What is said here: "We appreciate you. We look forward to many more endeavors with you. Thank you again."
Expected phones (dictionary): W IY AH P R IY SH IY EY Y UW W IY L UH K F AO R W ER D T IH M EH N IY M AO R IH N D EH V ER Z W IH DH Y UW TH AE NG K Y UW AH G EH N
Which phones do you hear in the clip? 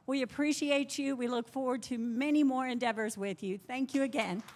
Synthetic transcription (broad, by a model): W IY AH P R IY SH IY EY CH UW W IY L UH K F AO R W ER D T IH M EH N IY M AO R IH N D EH V ER Z W IH DH Y UW TH AE NG K Y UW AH G EH N